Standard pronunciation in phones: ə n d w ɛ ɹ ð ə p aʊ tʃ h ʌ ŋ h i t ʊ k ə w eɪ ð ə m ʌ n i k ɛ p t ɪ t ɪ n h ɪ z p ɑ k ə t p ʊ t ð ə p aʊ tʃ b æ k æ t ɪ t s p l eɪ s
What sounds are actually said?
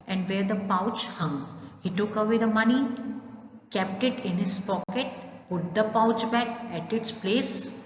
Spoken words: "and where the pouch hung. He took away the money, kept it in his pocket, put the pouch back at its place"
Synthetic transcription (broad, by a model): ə n d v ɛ ɹ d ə p aʊ tʃ h ʌ ŋ h i t ʊ k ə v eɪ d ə m ʌ n i k ɛ p t ɪ t ɪ n h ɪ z p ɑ k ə t p ʊ t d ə p aʊ tʃ b æ k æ t ɪ t s p l eɪ s